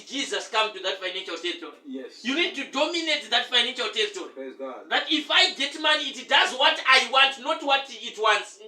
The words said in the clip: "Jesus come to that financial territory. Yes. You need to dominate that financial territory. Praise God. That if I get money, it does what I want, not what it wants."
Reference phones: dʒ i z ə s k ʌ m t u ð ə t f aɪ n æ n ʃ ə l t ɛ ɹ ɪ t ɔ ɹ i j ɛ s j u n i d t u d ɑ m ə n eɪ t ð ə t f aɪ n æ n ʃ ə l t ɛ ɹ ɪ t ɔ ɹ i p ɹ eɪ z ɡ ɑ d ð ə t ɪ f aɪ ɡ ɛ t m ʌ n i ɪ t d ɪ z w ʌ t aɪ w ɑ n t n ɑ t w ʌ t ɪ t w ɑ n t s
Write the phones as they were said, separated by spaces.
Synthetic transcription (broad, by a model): dʒ i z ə s k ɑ m t u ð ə t f aɪ n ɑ n ʃ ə l t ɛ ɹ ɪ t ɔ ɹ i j j u n i d t u d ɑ m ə n eɪ t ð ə t f aɪ n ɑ n ʃ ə l t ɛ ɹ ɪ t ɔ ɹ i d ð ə t ɪ f aɪ ɡ ɛ t m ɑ n i t d ɪ z w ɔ t aɪ w ɑ n t n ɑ t w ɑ t ɪ t w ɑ n t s